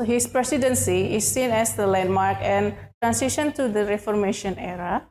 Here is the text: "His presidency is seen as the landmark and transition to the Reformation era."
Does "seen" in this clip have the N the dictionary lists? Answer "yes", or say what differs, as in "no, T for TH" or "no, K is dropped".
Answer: yes